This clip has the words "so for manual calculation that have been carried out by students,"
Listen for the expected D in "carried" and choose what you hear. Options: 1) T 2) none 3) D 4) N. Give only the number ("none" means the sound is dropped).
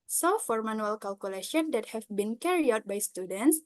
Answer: 2